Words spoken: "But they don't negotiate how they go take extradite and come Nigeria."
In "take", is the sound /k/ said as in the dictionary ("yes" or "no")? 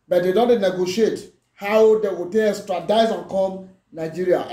no